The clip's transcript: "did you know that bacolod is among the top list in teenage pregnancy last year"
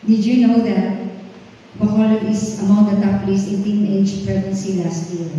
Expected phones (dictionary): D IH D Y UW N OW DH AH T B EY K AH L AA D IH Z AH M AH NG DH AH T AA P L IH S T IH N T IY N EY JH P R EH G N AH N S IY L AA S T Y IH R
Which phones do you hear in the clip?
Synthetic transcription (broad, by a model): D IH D Y UW N OW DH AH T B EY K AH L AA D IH S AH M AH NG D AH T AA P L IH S IH N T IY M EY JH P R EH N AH N S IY L AA S T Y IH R